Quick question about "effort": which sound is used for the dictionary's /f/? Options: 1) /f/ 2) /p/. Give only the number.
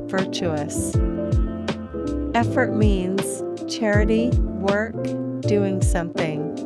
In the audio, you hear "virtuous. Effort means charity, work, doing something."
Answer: 1